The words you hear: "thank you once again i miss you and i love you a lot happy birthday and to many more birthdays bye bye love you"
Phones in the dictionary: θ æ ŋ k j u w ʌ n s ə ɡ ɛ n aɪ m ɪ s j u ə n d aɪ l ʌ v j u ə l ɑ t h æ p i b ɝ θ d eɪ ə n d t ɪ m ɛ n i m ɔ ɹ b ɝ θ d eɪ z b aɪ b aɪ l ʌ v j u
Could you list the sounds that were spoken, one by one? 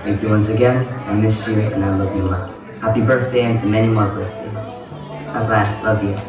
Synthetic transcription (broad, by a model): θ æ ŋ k j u w ʌ n s ə ɡ ɛ n aɪ m ɪ s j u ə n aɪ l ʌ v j ə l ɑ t h æ p i b ɝ θ d eɪ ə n t ɪ m ɛ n i m ɔ ɹ b ɝ θ d eɪ z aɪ b aɪ l ʌ v j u